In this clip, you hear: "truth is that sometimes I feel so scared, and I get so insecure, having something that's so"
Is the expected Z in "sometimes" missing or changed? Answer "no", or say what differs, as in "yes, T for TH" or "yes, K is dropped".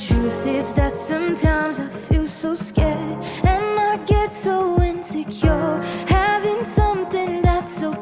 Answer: no